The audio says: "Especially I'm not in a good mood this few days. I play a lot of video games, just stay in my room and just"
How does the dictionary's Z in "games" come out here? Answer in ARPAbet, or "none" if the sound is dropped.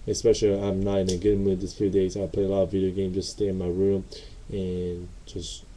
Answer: none